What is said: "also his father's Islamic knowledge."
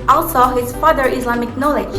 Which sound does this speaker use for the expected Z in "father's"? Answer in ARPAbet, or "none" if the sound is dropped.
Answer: none